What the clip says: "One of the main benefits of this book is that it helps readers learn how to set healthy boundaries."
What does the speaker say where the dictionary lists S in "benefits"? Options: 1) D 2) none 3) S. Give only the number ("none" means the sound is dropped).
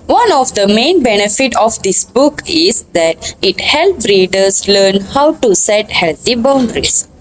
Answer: 2